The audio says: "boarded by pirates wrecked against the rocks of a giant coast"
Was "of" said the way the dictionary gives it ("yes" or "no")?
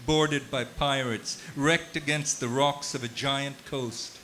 yes